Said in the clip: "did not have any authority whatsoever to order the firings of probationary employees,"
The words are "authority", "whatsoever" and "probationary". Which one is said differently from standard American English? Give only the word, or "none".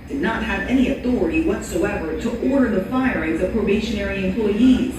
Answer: none